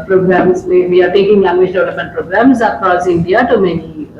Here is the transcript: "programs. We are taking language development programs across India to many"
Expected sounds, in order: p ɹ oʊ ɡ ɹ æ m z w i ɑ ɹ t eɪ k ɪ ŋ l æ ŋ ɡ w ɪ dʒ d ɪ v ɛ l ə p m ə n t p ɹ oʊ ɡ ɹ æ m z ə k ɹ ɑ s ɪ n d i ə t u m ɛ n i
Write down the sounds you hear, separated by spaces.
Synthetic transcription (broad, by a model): p ɹ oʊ ɡ ɹ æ m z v i ɑ ɹ t eɪ k ɪ ŋ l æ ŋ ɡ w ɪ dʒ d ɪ ʊ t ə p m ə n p ɹ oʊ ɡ ɹ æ m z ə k ɹ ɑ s ɪ n d i ə t u m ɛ n i